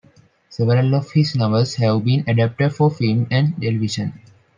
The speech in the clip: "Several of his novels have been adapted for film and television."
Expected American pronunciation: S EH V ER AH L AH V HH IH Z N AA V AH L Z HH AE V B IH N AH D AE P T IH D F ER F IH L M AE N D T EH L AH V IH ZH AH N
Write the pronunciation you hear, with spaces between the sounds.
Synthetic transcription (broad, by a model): S EH V ER AH L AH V HH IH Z N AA B AH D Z HH AE V B IH N AH D AE P T IH D F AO F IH L M AE N D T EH L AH V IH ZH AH N